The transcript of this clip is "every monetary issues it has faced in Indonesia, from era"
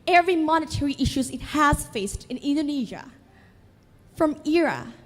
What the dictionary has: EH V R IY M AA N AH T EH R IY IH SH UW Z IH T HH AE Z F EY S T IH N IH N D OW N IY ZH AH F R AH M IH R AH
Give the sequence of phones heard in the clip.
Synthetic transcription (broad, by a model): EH V R IY M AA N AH T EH R IY IH SH UW Z IH T HH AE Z F EY S T IH N IH N D OW N IY ZH AH F R AH M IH R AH